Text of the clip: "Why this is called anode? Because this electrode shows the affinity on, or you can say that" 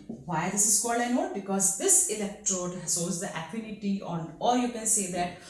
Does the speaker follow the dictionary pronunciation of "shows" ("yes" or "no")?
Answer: no